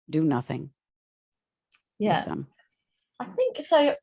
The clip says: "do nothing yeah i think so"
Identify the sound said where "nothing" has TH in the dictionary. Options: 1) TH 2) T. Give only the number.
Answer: 1